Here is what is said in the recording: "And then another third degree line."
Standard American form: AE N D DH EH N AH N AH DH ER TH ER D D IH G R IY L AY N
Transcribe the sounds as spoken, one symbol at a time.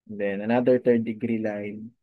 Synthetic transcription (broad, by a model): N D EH N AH N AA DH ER T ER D D IH G R IY L AY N